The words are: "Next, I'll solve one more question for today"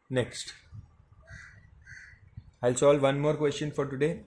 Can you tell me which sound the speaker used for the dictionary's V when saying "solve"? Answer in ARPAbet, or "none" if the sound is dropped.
V